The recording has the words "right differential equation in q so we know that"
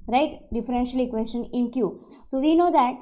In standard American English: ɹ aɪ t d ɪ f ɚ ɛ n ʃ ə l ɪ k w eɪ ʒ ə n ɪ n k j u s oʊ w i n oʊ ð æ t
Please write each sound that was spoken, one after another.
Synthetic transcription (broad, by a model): ɹ aɪ t d ɪ f ɚ ɛ n ʃ ə l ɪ k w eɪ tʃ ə n ɪ n k j u s oʊ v i n oʊ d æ t